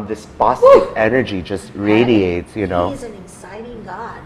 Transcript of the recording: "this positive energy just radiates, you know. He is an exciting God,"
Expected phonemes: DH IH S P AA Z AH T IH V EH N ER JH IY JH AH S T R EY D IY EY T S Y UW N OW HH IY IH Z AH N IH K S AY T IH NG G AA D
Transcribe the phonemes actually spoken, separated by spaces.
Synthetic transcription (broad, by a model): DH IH S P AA S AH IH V EH N ER JH IY JH AH S T R EY D IY EY T S Y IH N OW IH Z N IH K S AY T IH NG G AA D